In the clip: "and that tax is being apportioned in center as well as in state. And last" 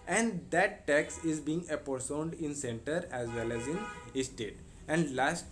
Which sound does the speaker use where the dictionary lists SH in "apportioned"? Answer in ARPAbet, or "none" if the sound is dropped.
S